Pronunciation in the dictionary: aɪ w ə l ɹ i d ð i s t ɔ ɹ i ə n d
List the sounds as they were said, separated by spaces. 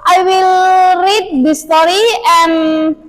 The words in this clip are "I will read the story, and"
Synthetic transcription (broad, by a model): aɪ w ə l ɹ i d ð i s t ɔ ɹ i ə n